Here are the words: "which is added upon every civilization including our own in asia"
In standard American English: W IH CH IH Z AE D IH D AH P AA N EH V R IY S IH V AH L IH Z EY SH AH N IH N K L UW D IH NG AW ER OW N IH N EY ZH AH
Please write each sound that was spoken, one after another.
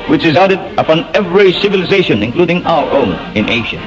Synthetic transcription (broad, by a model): W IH CH IH Z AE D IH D AH P AA N EH V R IY S IH V AH L IH Z EY SH AH N IH N K L UW D IH NG AW ER OW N IH N EY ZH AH